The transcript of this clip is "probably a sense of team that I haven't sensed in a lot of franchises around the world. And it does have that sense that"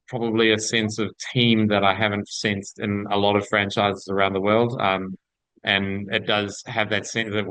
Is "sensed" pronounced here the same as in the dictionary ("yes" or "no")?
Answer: yes